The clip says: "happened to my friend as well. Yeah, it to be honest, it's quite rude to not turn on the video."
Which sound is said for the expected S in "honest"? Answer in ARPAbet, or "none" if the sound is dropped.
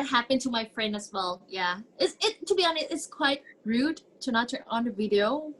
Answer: none